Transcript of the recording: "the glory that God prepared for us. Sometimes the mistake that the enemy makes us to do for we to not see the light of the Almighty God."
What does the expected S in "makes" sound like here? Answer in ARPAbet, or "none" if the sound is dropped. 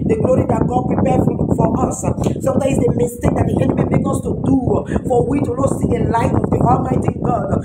none